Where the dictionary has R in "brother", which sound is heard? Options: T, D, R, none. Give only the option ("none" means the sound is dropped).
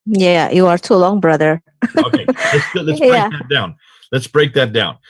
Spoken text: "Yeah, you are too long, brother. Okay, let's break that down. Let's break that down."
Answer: R